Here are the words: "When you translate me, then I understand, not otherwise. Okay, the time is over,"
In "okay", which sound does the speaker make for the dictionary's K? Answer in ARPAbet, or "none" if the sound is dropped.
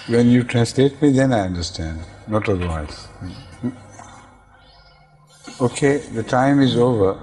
K